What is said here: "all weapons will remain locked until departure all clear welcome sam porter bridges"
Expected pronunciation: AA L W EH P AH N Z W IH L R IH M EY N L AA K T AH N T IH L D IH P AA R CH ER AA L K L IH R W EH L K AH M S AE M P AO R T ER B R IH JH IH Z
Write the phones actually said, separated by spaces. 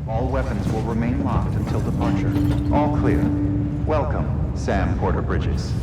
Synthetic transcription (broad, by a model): AA L W EH P AH N Z W IH L R IH M EY N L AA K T AH N T IH L D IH P AA R CH ER AA L K L IH R W EH L K AH M S AE M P AO R T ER B R IH JH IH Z